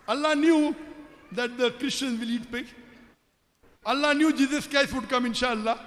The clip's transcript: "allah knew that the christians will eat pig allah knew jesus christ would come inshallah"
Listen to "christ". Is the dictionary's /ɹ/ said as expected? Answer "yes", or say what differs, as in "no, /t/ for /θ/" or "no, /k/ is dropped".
no, /ɹ/ is dropped